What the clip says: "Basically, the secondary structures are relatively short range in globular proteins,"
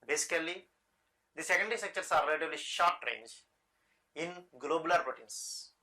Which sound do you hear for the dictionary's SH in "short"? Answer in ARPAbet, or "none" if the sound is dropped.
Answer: SH